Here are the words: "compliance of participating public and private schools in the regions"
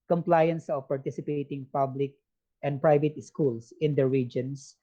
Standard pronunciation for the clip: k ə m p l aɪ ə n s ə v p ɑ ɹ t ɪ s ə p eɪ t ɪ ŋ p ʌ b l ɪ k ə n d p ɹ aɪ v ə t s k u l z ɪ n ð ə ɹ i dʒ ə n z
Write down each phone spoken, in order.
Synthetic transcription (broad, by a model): k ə m p l aɪ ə n s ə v p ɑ ɹ t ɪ s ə p eɪ t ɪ ŋ p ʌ b l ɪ k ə n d p ɹ aɪ v ə t s k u l s ɪ n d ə ɹ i dʒ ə n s